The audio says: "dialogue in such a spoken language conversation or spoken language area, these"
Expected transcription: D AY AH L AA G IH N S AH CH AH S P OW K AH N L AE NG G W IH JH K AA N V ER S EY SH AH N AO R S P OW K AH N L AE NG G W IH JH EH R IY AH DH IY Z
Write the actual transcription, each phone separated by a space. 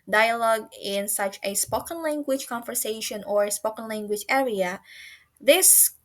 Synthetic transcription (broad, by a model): D AY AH L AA G IH N S AH CH AH S P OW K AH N L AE NG G W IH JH K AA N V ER S EY SH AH N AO R S P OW K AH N L AE NG G W IH JH EH R IY AH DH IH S